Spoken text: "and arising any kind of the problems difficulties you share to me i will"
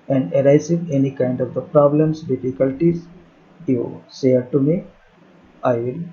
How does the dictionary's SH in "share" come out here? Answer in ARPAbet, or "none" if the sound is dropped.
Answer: S